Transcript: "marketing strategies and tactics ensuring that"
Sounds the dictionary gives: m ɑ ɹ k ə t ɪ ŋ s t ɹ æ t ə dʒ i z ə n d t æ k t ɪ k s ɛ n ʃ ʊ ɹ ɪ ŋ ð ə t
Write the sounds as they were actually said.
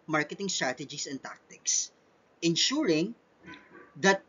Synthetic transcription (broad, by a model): m ɑ ɹ k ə t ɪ ŋ s t ɹ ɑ t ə dʒ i s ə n t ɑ k t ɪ k s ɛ n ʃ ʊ ɹ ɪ ŋ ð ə t